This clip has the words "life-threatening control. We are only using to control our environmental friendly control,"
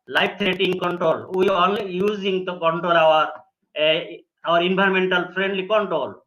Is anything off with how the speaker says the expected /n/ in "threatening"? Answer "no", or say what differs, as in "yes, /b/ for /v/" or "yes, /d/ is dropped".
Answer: yes, /n/ is dropped